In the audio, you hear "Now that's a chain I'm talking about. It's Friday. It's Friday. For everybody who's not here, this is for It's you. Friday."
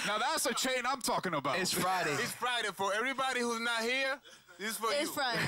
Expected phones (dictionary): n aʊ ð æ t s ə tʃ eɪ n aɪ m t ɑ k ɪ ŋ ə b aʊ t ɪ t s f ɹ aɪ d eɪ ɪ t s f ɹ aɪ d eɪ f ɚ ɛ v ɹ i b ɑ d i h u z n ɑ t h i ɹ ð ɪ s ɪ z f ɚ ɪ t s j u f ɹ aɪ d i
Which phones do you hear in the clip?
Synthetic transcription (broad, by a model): n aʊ ð æ t s ə tʃ eɪ n aɪ m t ɑ k ɪ ŋ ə b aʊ ɪ t s f ɹ aɪ d eɪ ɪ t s f ɹ aɪ d eɪ f ɚ ɛ v ɹ i b ɑ d i h u z n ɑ t h i ɹ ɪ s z f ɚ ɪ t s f ɹ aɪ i